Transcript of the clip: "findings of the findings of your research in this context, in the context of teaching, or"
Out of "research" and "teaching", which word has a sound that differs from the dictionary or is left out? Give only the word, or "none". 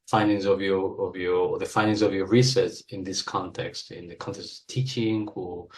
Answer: research